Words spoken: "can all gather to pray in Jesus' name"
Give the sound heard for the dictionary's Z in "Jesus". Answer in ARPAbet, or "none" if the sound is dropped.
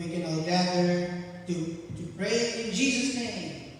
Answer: Z